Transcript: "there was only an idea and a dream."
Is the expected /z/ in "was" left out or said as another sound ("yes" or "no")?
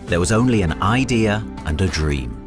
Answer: no